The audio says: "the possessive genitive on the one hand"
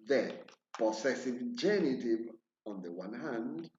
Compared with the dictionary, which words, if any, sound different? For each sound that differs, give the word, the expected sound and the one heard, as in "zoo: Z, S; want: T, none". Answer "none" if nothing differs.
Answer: possessive: Z, S